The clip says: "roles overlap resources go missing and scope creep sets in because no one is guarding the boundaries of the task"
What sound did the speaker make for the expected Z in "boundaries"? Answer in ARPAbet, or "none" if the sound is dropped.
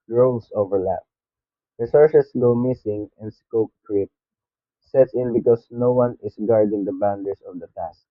S